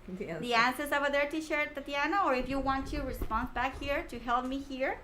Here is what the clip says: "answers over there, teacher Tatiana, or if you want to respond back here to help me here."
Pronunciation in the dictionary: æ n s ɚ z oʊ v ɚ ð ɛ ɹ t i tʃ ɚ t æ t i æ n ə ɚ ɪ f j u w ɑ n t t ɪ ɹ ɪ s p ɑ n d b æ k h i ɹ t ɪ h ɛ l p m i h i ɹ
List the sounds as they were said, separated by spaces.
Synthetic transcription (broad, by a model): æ n s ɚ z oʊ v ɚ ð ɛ ɹ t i ʃ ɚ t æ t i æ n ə ɚ ɪ f j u w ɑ n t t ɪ ɹ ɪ s p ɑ n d b æ k h i ɹ t ɪ h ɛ l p m i h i ɹ